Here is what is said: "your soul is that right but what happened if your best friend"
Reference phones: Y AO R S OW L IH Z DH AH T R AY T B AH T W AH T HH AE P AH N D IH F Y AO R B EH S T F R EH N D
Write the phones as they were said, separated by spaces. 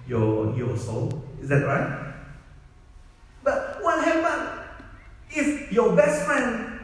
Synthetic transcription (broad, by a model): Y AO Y S OW L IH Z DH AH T R AY T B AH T W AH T HH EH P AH N IH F Y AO B EH S T F R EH N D